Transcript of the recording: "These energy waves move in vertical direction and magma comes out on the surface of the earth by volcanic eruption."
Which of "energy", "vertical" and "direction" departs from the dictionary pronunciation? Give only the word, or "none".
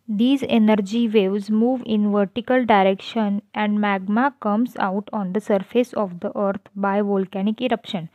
none